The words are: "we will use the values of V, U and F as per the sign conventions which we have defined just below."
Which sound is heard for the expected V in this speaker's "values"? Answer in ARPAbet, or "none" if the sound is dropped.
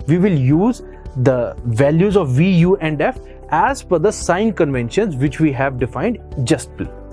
V